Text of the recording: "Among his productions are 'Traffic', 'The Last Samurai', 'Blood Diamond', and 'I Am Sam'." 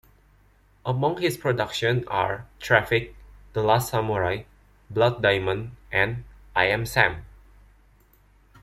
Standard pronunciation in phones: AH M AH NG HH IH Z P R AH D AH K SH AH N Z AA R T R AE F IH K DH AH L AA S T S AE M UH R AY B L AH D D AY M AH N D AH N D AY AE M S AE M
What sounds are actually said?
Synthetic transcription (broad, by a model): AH M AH NG HH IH S P R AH D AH K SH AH N AA R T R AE F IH K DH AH L AA S T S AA M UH R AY B L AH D D AY M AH N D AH N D AY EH M S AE M